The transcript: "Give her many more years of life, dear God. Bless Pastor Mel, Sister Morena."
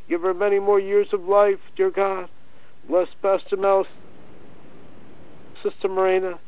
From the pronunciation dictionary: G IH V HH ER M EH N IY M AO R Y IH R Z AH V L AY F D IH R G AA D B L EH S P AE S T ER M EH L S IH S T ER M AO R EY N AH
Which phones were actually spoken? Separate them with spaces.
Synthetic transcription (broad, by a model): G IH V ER M EH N IY M AO R Y IH R Z AH V L AY F D IH R G AA D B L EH S B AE S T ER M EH L S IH S T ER M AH R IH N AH